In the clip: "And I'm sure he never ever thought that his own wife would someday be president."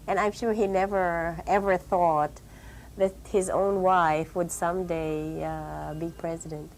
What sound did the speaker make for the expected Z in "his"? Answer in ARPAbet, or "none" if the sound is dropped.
Z